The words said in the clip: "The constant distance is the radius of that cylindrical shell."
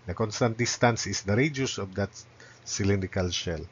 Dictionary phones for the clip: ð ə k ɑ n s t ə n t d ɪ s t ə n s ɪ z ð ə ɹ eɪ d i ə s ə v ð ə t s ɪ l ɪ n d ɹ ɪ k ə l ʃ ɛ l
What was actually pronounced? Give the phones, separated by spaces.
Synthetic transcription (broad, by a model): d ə k ɑ n s t ə n t d ɪ s t ə n s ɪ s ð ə ɹ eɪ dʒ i s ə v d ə t s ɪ l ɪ n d ɪ k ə l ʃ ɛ l